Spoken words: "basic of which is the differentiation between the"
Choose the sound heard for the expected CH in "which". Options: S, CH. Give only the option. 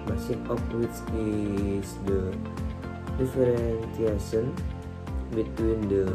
S